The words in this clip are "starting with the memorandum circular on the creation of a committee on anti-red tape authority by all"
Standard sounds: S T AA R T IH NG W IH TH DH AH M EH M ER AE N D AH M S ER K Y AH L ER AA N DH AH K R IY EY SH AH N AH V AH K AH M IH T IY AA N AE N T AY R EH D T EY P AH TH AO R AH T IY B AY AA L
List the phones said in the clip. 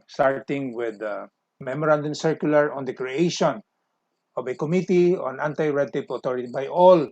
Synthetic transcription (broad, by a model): S T AA R T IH NG W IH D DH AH M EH M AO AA N D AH M S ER K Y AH L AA AA N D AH K R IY EY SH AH N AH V AH K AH M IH T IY AA N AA N T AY R EH D T EY P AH T AO R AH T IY B AY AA L